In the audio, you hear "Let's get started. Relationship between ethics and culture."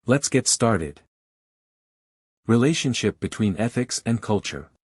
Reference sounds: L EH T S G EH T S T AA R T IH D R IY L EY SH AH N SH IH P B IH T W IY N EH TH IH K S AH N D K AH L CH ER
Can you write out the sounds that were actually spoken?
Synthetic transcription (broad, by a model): L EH T S G EH T S T AA R T IH D R IY L EY SH AH N SH IH P B IH T W IY N EH TH IH K S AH N K AH L CH ER